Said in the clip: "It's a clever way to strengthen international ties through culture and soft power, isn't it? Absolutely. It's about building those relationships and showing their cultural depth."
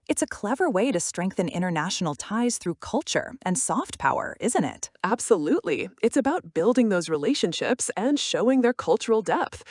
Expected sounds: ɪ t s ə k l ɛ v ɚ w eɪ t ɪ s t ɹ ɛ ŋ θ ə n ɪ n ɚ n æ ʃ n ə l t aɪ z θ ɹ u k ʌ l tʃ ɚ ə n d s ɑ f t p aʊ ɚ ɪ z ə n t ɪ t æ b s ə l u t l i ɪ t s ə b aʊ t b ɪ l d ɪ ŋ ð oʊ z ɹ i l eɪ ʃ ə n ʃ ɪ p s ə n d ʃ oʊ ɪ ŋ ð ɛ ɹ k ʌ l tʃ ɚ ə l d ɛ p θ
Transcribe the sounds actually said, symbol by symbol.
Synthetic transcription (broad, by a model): ɪ t s ə k l ɛ v ɚ w eɪ t ɪ s t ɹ ɛ ŋ θ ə n ɪ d ɚ n æ ʃ n l t aɪ z θ ɹ u k ʌ l tʃ ɚ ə n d s ɑ f t p aʊ ɚ ɪ z ə n t ɪ t æ b s ə l u t l i ɪ t s ə b aʊ t b ɪ l d ɪ ŋ ð oʊ z ɹ i l eɪ ʃ ə n ʃ ɪ p s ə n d ʃ oʊ ɪ ŋ ð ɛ ɹ k ʌ l tʃ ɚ l d ɛ p θ